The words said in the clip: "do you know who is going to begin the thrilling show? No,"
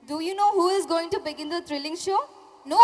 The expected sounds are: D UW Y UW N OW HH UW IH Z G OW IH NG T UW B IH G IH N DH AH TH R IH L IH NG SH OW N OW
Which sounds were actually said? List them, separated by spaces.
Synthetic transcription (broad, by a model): D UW Y UW N OW HH UW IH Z G OW IH NG T UW B IH G IH N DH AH T R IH L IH NG SH OW N OW